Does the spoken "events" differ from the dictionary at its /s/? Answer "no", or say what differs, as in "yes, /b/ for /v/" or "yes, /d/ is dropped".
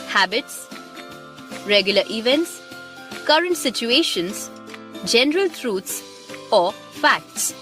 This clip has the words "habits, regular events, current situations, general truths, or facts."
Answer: no